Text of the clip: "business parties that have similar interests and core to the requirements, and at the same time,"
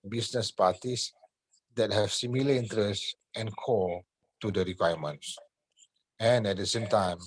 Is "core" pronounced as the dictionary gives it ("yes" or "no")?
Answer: no